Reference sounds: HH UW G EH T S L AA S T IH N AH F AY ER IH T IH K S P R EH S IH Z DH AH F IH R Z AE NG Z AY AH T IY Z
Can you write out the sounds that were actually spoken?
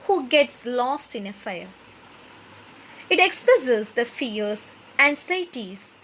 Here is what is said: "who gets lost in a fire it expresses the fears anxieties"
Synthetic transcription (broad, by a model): HH UW G EH T S L AA S T IH N AH F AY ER IH T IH K S P AO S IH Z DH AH F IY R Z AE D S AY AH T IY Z